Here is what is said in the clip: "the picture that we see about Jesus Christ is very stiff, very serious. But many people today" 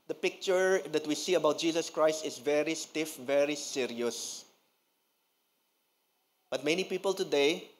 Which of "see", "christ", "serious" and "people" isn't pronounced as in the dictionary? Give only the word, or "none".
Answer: none